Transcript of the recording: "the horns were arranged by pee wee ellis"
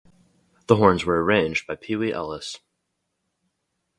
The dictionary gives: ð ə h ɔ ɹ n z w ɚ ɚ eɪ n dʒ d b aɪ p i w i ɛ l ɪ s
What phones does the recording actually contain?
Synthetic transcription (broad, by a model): ð ə h ɔ ɹ n z w ɚ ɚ eɪ n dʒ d b aɪ p i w i ɛ l ɪ s